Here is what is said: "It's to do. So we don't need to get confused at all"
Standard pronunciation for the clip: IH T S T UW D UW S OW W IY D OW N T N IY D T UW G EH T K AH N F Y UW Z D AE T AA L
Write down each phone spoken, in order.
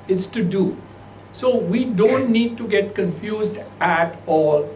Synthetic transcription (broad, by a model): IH T S T UW D UW S OW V IY D OW N T N IY D T UW G EH T K AH N F Y UW Z D AE T AA L